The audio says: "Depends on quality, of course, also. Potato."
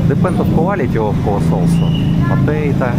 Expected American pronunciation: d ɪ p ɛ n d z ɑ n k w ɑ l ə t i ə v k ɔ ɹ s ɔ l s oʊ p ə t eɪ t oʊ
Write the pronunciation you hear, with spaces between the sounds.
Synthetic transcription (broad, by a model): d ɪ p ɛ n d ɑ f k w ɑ l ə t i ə f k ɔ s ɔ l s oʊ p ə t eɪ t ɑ